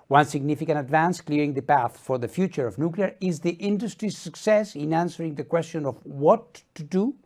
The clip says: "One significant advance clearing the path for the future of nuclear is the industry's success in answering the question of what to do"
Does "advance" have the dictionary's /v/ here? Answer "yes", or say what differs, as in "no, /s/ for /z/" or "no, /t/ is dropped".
yes